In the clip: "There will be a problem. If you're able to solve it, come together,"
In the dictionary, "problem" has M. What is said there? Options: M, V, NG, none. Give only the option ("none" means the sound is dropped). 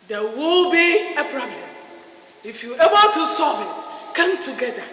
none